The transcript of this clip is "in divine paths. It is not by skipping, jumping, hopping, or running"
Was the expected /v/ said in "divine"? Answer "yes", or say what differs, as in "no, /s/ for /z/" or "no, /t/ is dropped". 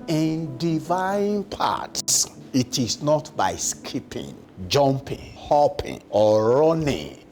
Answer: yes